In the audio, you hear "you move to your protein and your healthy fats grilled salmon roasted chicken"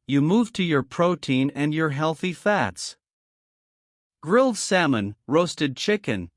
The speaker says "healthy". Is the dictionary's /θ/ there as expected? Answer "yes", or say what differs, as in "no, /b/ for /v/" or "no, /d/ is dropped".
yes